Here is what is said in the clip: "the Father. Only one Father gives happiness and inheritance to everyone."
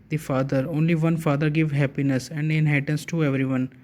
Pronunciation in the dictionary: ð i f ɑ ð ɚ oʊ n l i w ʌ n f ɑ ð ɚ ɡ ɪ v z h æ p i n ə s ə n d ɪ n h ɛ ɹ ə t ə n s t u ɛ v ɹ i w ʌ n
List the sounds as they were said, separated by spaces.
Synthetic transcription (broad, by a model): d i f ɑ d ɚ oʊ n l i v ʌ n f ɑ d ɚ ɡ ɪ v h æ p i n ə s ə n d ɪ n h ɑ ə t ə n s t u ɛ v ɹ i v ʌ n